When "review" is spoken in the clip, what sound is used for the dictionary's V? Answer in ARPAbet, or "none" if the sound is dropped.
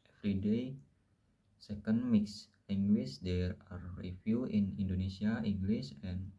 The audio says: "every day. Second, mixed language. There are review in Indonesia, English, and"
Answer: F